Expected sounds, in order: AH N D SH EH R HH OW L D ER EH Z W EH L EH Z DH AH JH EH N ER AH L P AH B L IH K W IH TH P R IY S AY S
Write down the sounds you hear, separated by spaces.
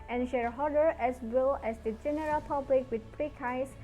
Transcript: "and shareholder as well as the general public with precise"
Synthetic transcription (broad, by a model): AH N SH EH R HH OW D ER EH S W EH L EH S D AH JH EH N ER AH L P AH B L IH K W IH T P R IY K AY S